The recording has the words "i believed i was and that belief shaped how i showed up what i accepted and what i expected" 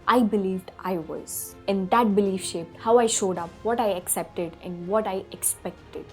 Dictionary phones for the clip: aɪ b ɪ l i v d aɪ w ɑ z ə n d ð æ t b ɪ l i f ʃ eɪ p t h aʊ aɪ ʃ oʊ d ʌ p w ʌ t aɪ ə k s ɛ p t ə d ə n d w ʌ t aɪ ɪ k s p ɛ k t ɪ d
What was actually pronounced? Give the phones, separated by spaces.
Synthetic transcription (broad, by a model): aɪ b ɪ l i v d aɪ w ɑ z ə n d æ t b ɪ l i f ʃ eɪ p t h aʊ aɪ ʃ oʊ d ʌ p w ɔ t aɪ ə k s ɛ p t ə d ə n d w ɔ t aɪ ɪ k s p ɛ k t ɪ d